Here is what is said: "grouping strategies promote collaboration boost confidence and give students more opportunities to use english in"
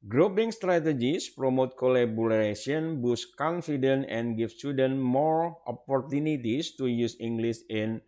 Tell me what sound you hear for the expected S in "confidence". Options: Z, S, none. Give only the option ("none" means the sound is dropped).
none